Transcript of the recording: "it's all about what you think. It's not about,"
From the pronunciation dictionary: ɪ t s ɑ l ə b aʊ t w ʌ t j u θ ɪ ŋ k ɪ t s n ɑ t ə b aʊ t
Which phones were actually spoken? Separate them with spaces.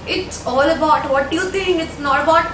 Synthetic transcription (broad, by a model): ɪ t s ɑ l ə b aʊ t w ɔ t j u t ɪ ŋ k ɪ t s n ɑ t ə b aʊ t